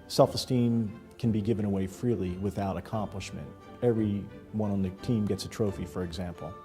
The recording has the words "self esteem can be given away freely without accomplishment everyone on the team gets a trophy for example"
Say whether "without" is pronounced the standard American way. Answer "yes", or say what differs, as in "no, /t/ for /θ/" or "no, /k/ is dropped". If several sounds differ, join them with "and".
yes